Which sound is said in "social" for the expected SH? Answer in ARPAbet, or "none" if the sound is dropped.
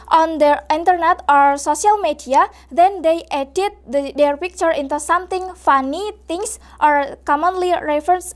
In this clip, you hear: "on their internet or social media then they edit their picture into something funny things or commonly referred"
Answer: S